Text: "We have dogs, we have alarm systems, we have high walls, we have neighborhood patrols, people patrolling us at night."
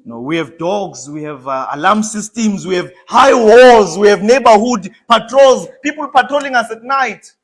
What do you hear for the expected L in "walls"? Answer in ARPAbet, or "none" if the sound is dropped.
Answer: none